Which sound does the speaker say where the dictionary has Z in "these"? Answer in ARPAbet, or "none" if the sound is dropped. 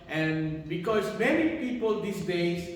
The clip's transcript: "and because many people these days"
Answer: S